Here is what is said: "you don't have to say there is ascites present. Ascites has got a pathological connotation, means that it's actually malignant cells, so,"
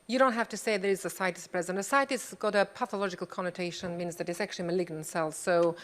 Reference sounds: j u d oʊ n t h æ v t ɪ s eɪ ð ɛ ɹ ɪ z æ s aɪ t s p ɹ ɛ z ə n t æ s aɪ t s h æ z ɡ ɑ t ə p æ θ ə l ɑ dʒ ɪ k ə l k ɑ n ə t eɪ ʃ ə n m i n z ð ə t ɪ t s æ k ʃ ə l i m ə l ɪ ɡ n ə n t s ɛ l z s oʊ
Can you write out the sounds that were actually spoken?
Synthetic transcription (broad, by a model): j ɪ d oʊ n t h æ f t ɪ s eɪ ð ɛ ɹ ɪ z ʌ s aɪ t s p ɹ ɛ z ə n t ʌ s aɪ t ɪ s ɡ ɑ t ə p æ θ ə l ɑ dʒ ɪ k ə l k ɑ n ə t eɪ ʃ ə n m i n z ð ə t ɪ t s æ k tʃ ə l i m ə l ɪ ɡ n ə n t s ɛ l s oʊ